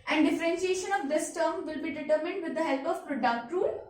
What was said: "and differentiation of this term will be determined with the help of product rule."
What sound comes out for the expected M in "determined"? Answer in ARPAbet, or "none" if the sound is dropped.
M